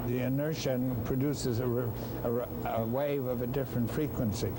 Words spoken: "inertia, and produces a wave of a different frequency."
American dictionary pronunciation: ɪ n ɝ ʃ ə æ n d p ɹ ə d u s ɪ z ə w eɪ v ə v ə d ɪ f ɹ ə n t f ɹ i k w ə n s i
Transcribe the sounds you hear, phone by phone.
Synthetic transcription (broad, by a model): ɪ n ɝ ʃ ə n p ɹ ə d u s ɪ z ə w eɪ v ə v ə d ɪ f ɹ ə n t f ɹ i k w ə n s i